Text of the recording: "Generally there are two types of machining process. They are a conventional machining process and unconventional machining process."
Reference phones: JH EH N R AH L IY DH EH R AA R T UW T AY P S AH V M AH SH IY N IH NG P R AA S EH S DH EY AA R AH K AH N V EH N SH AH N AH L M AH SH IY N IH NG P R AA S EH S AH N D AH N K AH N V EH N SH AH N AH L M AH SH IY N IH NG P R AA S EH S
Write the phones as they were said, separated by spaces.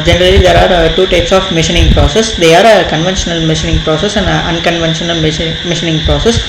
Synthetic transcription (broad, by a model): JH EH N R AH L IY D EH R AA R T UW T AY P S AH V M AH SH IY N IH NG P R AA S EH S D EY AA R AH K AH N V EH N SH AH N AH L M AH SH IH N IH NG P R AA S EH S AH N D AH N K AH N V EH N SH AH N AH L M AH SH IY N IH NG P R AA S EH S